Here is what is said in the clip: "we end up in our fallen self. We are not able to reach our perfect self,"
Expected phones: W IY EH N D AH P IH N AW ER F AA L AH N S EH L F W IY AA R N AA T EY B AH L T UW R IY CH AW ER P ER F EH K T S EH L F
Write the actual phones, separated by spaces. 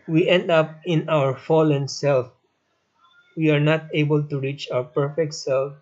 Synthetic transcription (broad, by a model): W IY EH N D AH P IH N AW ER F AA L AH N S EH L F W IY AA R N AA T EY B AH L T UW R IY CH AW ER P ER F EH K T S EH L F